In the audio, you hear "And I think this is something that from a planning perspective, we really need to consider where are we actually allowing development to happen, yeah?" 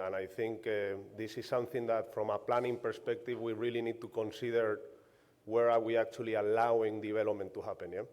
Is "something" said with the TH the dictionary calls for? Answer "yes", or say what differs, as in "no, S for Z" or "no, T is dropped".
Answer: yes